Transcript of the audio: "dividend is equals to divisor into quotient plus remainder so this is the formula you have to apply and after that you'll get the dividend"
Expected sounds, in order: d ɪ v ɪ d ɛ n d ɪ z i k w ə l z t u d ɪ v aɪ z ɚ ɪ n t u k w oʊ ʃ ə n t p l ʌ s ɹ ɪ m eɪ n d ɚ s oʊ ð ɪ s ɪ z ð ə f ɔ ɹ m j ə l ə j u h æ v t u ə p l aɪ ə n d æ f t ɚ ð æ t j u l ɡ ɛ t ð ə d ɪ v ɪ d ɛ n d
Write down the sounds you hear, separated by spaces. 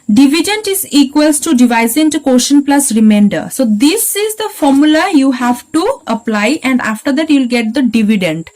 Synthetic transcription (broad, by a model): d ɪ v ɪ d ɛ n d ɪ z i k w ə l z t u d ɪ v aɪ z ɪ n t u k oʊ ʃ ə n p l ʌ s ɹ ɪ m eɪ n d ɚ s oʊ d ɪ s ɪ z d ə f ɔ ɹ m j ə l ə j u h æ v t u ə p l aɪ ə n d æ f t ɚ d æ t j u l ɡ ɛ t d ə d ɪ v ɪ d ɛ n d